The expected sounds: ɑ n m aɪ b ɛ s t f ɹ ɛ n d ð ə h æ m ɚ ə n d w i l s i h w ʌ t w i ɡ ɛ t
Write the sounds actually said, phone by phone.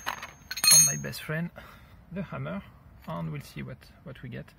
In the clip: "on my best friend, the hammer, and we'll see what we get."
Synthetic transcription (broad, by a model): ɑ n m aɪ b ɛ s t f ɹ ɛ n d ð ə h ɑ m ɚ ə n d w i l s i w w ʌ t w i ɡ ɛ t